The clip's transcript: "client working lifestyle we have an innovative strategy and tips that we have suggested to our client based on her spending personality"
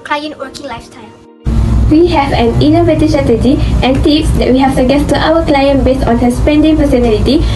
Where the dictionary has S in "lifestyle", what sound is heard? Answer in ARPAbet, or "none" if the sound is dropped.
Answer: none